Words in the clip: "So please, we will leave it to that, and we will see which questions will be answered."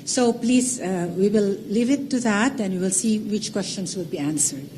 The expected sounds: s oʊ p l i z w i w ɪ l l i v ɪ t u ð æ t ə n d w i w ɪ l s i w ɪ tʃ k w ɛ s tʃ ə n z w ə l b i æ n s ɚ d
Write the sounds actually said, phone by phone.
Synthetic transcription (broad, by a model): s oʊ p l i z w i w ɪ l l i v ɪ t u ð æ t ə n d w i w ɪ l s i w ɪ tʃ k w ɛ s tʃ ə n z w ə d b i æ n s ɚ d